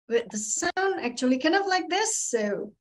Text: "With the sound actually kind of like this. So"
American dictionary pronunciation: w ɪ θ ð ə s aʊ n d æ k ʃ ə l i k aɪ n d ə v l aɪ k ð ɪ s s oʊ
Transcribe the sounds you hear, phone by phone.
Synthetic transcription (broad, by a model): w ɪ ð ə s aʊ n æ k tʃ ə l i k aɪ n d ə v l aɪ k ð ɪ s s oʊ